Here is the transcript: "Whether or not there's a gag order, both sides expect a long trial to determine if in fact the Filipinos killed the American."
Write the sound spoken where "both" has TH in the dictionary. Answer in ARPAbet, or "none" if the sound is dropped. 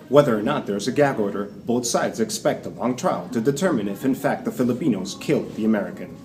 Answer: TH